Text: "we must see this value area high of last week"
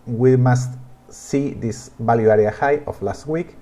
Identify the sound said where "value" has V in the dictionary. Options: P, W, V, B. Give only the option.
B